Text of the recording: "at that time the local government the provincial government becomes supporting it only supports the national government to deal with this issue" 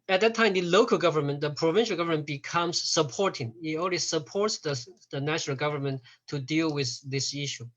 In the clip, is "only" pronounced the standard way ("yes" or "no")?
no